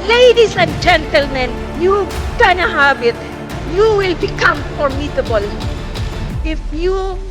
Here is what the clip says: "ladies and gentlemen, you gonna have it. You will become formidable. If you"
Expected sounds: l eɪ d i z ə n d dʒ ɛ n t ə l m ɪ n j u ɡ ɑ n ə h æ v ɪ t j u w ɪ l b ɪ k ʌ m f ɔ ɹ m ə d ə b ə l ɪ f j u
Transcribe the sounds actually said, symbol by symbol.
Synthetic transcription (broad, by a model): l eɪ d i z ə n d dʒ ɛ n t ə l m ɪ n j u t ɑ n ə h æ b ɪ t j u w ɪ l b ɪ k ʌ m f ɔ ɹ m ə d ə b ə l ɪ f j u